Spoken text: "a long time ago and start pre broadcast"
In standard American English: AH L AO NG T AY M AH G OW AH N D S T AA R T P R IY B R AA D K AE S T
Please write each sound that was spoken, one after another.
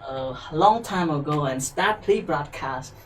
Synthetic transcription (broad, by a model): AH L AO NG T AY M AH G OW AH N S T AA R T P L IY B R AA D K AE S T